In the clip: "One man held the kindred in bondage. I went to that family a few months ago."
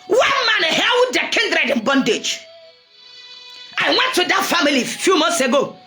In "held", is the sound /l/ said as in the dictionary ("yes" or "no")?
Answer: no